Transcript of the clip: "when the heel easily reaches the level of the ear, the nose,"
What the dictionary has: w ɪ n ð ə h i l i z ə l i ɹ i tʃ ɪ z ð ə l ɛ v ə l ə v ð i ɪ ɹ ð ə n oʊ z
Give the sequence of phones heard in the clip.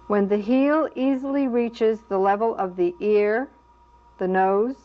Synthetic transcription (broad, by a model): w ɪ n ð ə h i l i z l i ɹ i tʃ ɪ z ð ə l ɛ v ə l ə v ð i ɪ ɹ ð ə n oʊ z